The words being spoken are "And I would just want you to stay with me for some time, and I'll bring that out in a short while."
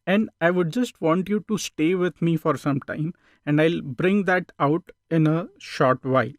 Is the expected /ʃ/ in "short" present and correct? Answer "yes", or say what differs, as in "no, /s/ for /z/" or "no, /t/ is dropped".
yes